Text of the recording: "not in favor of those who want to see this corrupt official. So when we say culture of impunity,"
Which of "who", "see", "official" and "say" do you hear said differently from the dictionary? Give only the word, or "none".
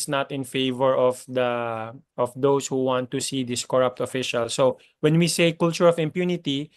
none